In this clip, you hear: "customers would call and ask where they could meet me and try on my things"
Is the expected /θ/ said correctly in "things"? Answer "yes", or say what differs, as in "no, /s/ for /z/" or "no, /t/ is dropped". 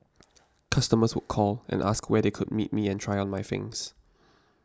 no, /f/ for /θ/